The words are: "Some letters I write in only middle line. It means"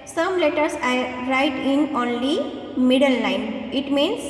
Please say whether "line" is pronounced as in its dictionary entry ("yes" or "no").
no